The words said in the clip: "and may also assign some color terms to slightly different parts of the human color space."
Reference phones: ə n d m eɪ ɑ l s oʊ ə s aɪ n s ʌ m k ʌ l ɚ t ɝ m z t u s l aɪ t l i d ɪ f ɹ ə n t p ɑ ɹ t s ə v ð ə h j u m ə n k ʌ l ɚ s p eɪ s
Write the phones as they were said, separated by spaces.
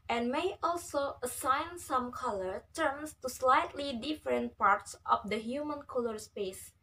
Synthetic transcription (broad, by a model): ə n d m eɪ ɑ l s oʊ ə s aɪ n s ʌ m k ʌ l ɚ t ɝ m s t u s l aɪ t l i d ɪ f ɹ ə n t p ɑ ɹ t s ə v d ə h j u m ə n k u l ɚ s p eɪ s